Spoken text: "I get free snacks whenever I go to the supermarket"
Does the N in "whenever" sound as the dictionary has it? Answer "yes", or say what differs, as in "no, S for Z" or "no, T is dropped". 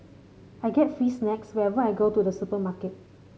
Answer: no, N is dropped